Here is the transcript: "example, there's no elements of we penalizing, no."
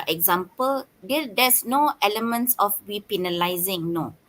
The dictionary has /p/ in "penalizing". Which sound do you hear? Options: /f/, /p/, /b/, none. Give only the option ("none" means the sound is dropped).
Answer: /p/